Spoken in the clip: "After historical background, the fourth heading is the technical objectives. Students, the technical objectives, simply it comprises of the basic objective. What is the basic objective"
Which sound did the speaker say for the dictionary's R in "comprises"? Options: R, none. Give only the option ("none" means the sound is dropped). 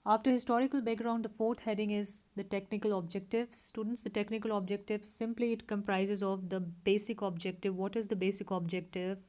R